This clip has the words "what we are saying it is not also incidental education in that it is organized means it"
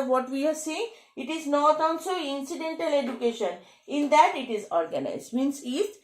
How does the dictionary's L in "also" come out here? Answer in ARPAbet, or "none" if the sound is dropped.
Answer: N